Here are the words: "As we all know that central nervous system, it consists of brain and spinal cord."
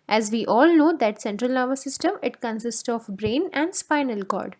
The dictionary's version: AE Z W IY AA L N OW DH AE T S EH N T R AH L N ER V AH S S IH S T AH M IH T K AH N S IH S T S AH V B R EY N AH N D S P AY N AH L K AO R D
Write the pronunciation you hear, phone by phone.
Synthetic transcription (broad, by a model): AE Z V IY AA L N OW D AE T S EH N T R AH L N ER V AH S S IH S T AH M IH T K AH N S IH S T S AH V B R EY N AH N D S P AY N AH L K AO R D